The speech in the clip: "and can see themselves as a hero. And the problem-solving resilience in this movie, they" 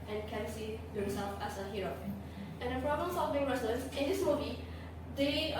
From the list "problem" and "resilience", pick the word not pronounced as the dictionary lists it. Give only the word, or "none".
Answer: resilience